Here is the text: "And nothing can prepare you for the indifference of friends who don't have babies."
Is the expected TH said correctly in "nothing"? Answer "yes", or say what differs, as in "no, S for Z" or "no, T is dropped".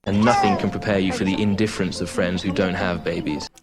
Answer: yes